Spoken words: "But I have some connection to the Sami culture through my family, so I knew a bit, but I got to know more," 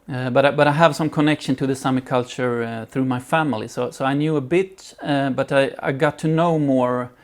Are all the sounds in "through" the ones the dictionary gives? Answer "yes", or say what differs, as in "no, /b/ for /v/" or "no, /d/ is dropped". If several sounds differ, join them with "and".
yes